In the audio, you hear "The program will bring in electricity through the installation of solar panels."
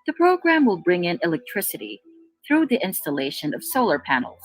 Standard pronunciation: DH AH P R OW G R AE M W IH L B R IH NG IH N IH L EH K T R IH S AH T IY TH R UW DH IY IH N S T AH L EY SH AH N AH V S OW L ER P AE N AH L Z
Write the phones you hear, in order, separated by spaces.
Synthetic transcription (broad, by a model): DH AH P R OW G R AE M W IH L B R IH NG IH N IH L EH K T R IH S AH T IY TH R UW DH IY IH N S T AH L EY SH AH N AH V S OW L ER P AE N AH L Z